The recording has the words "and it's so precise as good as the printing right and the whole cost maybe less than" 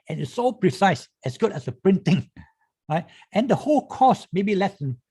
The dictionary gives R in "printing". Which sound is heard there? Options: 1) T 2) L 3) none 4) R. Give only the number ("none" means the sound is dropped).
4